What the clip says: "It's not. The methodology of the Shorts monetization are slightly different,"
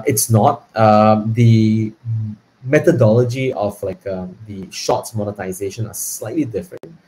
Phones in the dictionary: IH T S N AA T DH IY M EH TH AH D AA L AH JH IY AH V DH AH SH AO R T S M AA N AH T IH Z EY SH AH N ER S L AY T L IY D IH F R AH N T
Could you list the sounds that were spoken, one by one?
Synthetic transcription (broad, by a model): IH T S N AA T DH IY M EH T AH D AA L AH JH IY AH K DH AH SH AO T S M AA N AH T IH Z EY SH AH N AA S L AY T L IY D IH F R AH N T